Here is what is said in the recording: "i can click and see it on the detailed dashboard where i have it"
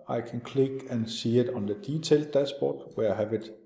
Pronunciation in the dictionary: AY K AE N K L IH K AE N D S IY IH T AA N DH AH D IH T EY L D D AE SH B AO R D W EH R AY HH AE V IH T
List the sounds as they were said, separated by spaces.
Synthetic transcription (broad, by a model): AY K AE N K L IH K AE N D S IY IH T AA N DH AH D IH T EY L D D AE S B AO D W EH AY HH AE V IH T